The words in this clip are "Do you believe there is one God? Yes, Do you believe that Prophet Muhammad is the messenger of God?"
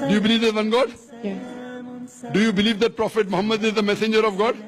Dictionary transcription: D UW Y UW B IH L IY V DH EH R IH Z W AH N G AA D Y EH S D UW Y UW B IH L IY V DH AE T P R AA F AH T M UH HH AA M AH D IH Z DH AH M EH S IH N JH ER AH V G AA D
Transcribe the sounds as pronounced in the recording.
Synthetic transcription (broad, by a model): D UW Y UW B IH L IY V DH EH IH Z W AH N G AA D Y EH D UW Y UW B IH L IY V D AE T P R AA F AH T M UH HH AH M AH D IH Z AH M EH S IH N JH ER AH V G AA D